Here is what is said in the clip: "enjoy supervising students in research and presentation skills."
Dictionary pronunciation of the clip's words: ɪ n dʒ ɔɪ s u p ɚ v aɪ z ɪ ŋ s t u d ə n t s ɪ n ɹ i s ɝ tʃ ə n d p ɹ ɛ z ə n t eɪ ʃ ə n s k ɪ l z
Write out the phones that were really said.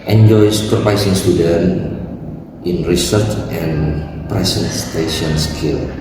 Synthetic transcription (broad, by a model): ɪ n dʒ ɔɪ s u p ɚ p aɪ s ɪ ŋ s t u d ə n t ɪ n ɹ i s ɝ tʃ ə n p ɹ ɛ s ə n t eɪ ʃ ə n s k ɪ l